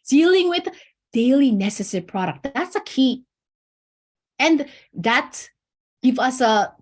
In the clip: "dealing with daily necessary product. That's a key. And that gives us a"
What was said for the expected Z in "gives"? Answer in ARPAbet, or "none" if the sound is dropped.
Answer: none